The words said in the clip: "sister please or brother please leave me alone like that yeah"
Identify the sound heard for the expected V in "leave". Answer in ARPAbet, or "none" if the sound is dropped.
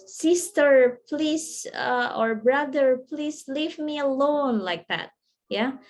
V